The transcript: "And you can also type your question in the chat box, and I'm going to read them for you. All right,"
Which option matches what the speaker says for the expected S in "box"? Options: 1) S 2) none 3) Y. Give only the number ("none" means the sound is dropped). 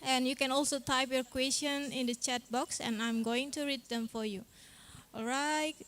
1